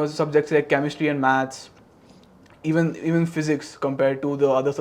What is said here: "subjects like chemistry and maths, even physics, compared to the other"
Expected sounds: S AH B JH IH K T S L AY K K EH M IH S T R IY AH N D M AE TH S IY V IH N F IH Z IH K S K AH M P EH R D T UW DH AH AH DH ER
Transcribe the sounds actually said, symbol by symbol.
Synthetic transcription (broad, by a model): S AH B JH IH K T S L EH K K EH M IH S T R IY AH N D M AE T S IY V IH N F IH Z IH K S K AH M P EH R D T UW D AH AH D ER